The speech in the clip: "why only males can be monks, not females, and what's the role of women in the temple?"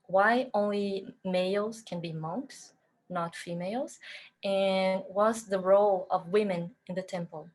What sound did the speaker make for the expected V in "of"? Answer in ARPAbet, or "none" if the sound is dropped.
V